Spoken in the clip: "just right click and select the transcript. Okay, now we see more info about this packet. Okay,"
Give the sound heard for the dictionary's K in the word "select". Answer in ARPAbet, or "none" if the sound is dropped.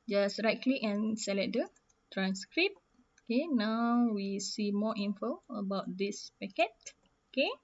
none